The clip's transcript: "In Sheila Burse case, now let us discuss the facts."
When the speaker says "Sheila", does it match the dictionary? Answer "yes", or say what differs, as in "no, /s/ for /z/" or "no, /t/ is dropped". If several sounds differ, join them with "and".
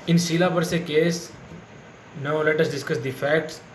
no, /s/ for /ʃ/